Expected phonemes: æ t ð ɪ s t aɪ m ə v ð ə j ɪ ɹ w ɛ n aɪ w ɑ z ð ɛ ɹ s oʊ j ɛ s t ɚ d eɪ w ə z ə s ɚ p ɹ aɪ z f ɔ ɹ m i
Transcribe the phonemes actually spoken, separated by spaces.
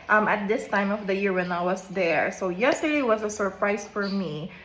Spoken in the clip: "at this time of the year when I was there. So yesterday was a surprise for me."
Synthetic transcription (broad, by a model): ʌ t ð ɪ s t aɪ m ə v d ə j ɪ ɹ w ɛ n aɪ w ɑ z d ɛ ɹ s oʊ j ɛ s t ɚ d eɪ w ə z ə s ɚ p ɹ aɪ s f ɔ ɹ m i